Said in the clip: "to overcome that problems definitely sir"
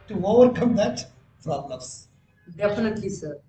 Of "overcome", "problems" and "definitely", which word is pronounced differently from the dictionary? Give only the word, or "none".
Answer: problems